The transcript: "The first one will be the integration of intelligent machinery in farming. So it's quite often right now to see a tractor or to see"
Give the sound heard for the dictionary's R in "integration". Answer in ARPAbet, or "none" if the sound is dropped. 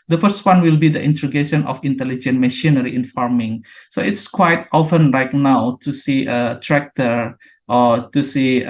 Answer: none